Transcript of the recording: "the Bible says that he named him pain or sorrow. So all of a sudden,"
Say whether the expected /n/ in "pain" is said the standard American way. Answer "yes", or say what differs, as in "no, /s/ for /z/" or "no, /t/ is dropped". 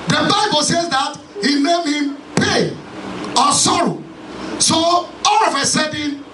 no, /n/ is dropped